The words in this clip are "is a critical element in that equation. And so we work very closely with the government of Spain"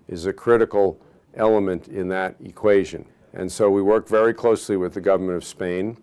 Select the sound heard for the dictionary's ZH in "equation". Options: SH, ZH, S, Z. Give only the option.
ZH